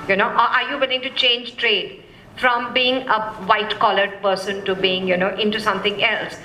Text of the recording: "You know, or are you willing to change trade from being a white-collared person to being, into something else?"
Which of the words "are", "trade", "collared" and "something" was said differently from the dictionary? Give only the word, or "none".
something